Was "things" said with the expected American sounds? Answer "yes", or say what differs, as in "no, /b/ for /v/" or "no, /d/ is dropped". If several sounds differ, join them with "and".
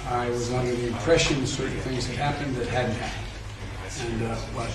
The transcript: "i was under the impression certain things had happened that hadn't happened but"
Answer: yes